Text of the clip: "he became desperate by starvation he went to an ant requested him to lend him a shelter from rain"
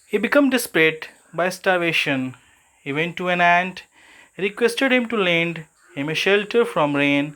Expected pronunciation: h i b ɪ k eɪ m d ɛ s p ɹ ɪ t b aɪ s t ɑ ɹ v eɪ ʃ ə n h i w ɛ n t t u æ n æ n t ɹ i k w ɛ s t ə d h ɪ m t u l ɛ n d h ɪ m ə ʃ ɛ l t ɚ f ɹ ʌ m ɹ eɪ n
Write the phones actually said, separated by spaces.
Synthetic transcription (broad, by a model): h i b ɪ k eɪ m d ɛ s p ɹ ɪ t b aɪ s t ɑ ɹ v eɪ ʃ ə n h i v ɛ n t t u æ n æ n t ɹ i k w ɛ s t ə d h ɪ m t u l ɛ n d h ɪ m ə ʃ ɛ l t ɚ f ɹ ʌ m ɹ eɪ n